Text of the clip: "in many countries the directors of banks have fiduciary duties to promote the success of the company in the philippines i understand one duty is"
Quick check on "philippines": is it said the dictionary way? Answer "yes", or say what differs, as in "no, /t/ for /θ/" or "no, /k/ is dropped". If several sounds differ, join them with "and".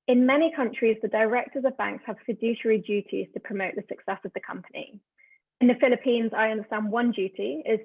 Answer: yes